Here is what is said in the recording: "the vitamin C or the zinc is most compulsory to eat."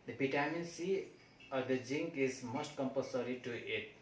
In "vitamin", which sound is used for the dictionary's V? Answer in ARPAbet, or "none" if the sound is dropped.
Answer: B